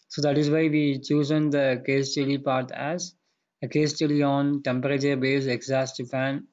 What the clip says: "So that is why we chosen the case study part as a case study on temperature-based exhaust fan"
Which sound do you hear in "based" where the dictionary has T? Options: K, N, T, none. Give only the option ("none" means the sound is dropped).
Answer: none